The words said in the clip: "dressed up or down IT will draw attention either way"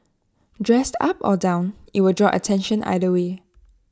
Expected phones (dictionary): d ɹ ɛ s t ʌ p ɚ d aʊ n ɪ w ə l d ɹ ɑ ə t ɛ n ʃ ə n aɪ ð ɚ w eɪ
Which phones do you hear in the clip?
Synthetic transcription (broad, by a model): d ɹ ɛ s t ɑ p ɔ d aʊ n ɪ w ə d ɹ ɑ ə t ɛ n ʃ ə n aɪ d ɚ w eɪ